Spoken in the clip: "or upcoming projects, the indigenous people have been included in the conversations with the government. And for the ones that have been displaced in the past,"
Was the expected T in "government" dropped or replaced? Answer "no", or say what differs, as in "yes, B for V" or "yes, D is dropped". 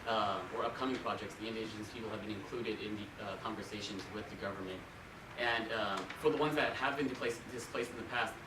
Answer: no